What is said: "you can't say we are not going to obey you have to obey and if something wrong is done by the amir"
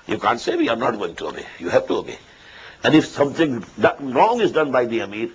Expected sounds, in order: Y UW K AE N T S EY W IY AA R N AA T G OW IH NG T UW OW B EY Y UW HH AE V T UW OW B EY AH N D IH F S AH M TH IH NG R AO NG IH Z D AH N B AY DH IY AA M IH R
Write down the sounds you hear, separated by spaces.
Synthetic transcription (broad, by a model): Y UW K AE N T S EY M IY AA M N AA T G OW IH NG T UW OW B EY Y UW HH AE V T UW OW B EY AH N D IH F S AH M T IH NG R AO NG IH Z D AH N B AY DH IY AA M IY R